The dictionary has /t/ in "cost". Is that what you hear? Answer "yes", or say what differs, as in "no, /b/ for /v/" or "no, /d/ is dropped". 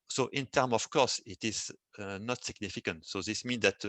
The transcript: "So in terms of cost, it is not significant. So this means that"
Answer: no, /t/ is dropped